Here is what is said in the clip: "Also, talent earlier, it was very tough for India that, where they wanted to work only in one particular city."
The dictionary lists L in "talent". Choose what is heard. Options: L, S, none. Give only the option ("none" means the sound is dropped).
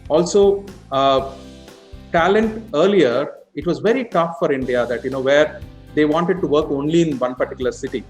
L